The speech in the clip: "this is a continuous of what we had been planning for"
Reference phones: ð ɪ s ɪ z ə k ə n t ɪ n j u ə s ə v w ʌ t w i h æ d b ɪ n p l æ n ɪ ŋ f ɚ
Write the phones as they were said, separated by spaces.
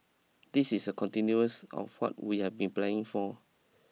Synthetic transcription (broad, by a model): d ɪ s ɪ s ə k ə n t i n j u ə s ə f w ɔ t w i h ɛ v b ɪ n p l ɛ ɪ ŋ f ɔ